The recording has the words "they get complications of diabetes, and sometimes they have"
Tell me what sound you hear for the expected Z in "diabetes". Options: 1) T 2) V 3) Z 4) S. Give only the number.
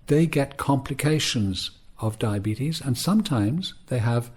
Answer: 3